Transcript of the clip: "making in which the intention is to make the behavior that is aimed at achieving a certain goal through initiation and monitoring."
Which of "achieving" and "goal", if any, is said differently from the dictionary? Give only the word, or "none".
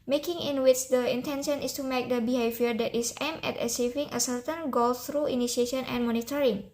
achieving